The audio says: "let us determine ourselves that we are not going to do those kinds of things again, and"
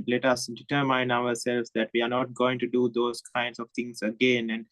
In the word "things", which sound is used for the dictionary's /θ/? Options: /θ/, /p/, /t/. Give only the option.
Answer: /t/